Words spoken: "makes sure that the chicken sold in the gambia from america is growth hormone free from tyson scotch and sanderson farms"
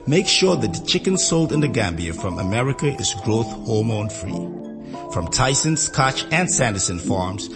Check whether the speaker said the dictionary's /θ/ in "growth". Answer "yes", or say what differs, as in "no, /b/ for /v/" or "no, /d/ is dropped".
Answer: yes